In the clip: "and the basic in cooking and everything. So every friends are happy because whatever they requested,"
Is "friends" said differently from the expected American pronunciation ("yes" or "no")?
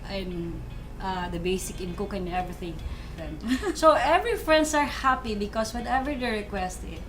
yes